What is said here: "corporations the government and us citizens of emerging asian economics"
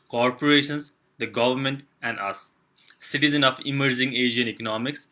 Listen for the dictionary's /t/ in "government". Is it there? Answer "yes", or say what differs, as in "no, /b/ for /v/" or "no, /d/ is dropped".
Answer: yes